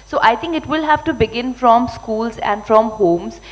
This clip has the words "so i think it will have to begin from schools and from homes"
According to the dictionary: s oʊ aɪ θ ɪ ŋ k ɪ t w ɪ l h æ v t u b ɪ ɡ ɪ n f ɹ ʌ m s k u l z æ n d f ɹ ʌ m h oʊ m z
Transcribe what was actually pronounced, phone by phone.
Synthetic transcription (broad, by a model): s oʊ aɪ t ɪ ŋ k ɪ t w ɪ l h æ v t u b ɪ ɡ ɪ n f ɹ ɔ m s k u l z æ n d f ɹ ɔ m h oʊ m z